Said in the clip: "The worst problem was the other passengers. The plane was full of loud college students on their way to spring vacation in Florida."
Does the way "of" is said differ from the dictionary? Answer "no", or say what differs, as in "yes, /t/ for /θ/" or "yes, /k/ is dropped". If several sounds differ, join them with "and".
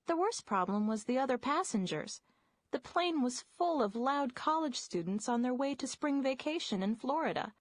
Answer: no